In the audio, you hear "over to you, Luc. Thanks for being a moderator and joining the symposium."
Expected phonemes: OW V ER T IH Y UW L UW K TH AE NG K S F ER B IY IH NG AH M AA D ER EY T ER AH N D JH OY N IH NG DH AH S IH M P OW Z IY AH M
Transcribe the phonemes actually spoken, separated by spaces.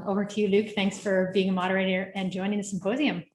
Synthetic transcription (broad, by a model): OW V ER T IH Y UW L UW K TH AE NG K S F ER B IY IH NG AH M AA D ER EY T ER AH N JH OY N IH NG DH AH S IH M P OW Z IY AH M